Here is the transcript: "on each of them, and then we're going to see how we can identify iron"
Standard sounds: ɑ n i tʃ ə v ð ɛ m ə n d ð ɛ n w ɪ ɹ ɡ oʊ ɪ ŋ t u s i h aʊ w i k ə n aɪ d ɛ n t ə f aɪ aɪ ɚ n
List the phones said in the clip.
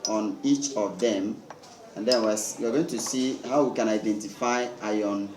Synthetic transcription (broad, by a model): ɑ n i tʃ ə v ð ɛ m ə n d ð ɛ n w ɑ w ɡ oʊ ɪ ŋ t u s i h aʊ w i k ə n aɪ d ɛ n t ə f aɪ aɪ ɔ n